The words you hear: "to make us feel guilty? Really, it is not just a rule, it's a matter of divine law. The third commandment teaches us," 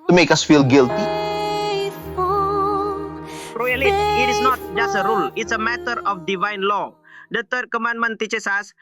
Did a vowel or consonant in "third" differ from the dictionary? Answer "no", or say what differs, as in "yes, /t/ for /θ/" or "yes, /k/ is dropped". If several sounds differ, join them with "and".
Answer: yes, /t/ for /θ/